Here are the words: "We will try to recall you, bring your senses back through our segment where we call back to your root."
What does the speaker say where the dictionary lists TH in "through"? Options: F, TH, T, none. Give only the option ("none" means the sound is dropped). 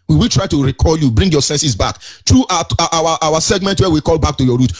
T